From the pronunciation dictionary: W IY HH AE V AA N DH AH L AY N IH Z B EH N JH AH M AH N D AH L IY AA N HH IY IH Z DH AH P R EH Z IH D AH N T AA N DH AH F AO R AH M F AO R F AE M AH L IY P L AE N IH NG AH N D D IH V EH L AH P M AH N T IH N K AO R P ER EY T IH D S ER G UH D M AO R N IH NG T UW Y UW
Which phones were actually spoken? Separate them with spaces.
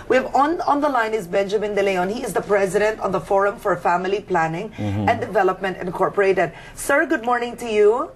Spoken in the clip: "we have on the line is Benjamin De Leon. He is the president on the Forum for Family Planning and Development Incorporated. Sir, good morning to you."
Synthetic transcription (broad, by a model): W IY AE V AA N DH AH L AY N IH Z B EH N JH AH M AH N D AH L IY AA N HH IY IH Z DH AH P R EH Z IH D AH N T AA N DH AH F AO R AH M F AO R F AE M AH L IY P L AE N IH NG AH N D D IH V EH L AH P M AH N T IH N K AO R P ER EY T IH D S ER G UH D M AO R N IH NG T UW Y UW